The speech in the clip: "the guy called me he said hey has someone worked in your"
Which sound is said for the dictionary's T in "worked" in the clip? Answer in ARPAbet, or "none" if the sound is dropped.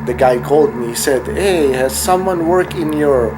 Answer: none